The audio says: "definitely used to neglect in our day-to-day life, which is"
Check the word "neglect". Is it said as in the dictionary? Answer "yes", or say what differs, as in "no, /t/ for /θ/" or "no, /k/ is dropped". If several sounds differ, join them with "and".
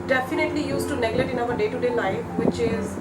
no, /k/ is dropped